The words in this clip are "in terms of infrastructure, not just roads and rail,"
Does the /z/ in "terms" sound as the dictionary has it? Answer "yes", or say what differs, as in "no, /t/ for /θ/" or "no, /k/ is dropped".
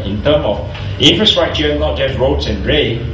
no, /z/ is dropped